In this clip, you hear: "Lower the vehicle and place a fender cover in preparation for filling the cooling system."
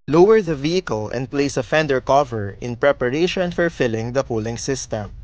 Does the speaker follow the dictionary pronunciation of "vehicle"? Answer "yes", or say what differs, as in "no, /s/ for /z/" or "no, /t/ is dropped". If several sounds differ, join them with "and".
yes